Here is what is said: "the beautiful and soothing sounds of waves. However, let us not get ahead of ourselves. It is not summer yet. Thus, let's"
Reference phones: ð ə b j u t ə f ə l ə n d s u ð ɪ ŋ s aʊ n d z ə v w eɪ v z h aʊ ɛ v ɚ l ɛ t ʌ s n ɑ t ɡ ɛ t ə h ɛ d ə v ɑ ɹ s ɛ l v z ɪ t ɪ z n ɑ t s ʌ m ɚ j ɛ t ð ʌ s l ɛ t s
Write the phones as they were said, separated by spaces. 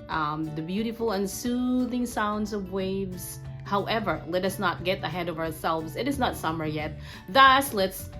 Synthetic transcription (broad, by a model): ð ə b j u t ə f l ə n s u ð ɪ ŋ s aʊ n d z ə v w eɪ v z h aʊ ɛ v ɚ l ɛ t ʌ s n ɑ t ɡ ɛ t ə h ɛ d ə v ɑ ɹ s ɛ l v z ɪ t ɪ z n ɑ t s ʌ m ɚ j ɛ t ð ʌ s l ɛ t s